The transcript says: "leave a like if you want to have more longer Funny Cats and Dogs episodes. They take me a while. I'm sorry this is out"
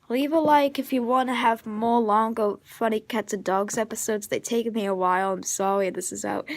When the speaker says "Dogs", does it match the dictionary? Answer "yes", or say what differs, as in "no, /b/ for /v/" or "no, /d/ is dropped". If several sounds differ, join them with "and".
yes